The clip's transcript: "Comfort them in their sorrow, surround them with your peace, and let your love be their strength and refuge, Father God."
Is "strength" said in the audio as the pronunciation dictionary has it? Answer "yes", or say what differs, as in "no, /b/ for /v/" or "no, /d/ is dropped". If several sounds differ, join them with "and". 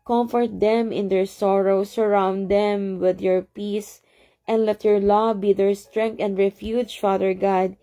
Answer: no, /t/ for /θ/